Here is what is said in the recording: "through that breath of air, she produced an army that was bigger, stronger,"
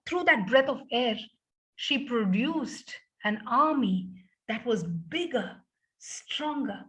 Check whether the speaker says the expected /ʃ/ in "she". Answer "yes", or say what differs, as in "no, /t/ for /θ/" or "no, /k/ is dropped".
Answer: yes